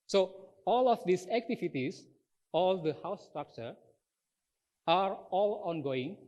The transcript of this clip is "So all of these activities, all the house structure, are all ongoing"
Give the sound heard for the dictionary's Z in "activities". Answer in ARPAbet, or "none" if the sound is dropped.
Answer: S